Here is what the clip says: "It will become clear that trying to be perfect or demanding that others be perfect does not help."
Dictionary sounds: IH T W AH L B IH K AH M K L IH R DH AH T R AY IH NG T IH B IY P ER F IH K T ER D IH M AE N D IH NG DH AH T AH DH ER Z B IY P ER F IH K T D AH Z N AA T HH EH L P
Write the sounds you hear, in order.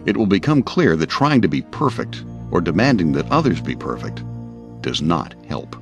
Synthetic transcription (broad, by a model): IH T W AH L B IH K AH M K L IH R DH AH T R AY IH NG T IH B IY P ER F IH K T ER D IH M AE N D IH NG DH AH T AH DH ER Z B IY P ER F IH K T D AH Z N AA T HH EH L P